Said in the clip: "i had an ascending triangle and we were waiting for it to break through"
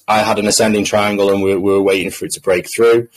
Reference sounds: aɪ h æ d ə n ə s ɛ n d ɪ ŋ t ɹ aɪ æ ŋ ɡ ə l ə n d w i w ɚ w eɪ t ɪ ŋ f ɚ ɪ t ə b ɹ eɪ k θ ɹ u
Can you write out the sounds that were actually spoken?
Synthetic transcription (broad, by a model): aɪ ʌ d ə n ə s ɛ n d ɪ ŋ t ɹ aɪ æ ŋ ɡ ə l ə n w w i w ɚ w eɪ t ɪ ŋ f ɚ ɪ t ə b ɹ eɪ k θ ɹ u